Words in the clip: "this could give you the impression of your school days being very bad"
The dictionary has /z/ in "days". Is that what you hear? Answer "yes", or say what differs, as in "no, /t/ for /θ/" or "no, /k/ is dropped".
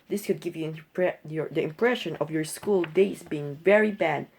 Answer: no, /s/ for /z/